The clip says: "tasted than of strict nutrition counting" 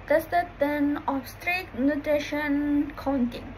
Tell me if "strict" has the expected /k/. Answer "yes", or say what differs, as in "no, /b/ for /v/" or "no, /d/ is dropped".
no, /k/ is dropped